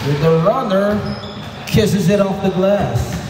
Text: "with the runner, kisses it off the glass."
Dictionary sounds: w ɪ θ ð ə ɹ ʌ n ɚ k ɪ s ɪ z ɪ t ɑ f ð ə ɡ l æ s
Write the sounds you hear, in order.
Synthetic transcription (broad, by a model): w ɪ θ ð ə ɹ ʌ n ɚ k ɪ s ɪ z ɪ t ɑ f ð ə ɡ l æ s